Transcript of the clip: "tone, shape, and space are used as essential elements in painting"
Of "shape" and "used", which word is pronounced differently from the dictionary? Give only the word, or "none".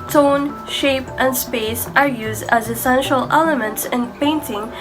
none